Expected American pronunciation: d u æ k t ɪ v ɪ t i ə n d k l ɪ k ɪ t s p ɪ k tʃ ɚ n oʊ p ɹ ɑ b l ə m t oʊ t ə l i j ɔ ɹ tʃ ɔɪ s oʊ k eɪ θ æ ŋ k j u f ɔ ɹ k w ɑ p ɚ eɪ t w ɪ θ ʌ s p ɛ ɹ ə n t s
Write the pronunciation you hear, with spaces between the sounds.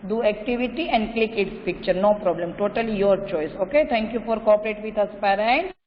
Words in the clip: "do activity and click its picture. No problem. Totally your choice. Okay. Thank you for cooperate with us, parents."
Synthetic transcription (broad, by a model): d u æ k t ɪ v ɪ t i ə n d k l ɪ k ɪ t s p ɪ k tʃ ɚ n oʊ p ɹ ɑ b l ə m t oʊ t ə l i j ɔ ɹ tʃ ɔɪ s oʊ k eɪ t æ ŋ k j u f ɔ ɹ k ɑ p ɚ eɪ t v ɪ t ʌ s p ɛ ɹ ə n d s